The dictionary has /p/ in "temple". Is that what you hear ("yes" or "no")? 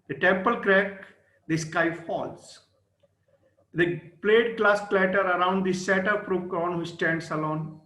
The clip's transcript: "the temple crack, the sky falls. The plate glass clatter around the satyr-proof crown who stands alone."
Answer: yes